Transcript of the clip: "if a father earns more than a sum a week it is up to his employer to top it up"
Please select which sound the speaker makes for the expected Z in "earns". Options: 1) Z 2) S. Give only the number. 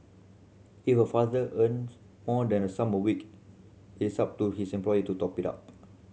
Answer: 2